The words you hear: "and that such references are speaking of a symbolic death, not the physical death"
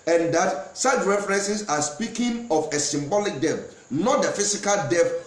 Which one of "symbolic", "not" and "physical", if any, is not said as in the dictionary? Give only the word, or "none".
physical